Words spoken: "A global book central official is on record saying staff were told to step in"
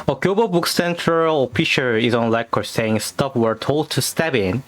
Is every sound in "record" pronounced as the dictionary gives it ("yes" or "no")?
no